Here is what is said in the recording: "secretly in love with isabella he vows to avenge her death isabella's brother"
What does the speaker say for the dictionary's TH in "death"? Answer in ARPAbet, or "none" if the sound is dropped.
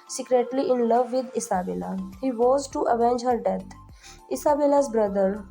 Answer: T